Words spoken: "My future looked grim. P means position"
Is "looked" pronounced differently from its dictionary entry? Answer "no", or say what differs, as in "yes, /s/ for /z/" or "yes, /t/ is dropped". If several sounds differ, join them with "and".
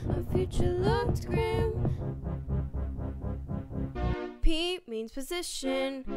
yes, /k/ is dropped